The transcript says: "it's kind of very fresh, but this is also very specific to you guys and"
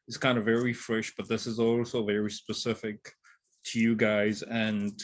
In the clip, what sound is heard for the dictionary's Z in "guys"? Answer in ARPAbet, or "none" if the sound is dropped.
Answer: Z